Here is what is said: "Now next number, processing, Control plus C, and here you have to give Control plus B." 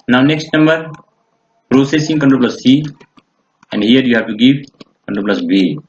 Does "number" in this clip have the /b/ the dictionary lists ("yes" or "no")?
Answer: yes